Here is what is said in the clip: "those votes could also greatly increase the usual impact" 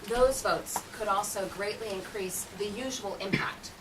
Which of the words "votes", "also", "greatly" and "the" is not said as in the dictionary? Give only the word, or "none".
none